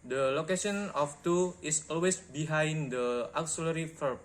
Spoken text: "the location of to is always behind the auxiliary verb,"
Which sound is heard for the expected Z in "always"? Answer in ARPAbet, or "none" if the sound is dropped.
S